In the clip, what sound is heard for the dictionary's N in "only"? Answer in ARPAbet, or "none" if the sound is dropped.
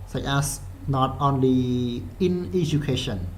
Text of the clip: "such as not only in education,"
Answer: N